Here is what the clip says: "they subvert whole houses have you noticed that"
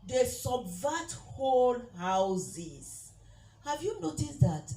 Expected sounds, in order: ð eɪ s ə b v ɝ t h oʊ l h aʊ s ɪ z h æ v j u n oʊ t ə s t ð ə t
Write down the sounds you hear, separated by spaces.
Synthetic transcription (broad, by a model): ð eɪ s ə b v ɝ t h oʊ n h aʊ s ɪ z h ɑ v j u n oʊ t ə s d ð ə t